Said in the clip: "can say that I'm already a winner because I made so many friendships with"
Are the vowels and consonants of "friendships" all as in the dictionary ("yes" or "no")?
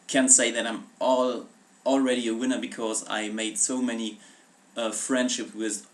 no